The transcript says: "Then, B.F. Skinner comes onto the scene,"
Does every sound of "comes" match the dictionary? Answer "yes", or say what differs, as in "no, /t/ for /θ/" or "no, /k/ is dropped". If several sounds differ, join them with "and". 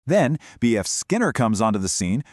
yes